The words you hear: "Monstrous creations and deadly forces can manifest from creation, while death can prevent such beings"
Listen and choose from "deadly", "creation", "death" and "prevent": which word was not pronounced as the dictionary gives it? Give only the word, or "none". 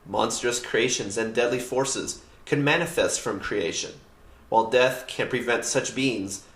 none